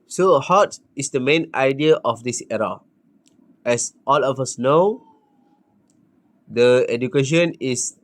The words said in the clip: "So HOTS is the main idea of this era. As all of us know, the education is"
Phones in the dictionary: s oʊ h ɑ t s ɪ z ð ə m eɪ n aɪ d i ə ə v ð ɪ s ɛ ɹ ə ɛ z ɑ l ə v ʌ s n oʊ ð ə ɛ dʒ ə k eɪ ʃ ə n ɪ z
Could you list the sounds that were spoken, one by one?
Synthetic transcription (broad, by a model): s oʊ h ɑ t ɪ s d ə m eɪ n aɪ d i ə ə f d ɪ s ɛ ɹ ə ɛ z ɑ l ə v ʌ s n oʊ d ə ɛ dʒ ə k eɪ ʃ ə n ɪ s